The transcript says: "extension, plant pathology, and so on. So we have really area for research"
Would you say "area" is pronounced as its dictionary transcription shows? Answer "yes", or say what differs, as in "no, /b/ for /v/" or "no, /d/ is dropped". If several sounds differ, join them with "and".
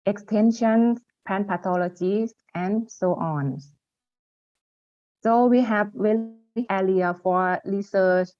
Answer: no, /l/ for /ɹ/